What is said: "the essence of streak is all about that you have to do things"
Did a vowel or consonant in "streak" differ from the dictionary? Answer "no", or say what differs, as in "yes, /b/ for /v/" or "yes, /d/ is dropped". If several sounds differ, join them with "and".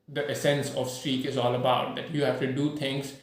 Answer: no